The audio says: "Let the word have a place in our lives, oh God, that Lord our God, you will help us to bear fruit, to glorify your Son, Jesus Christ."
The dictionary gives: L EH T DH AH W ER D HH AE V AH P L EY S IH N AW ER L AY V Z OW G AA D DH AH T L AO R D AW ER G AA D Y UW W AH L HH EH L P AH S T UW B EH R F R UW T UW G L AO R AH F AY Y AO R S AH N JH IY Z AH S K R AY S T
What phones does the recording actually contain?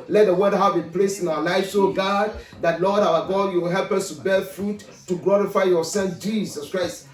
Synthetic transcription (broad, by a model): L EH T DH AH W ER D HH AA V AH P L EY S IH N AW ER L AY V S OW G AA D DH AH T L AO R D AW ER G AA D Y UW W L HH EH L P AH S T UW B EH F R UW T UW G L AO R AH F AY Y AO S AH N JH IY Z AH S K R AY S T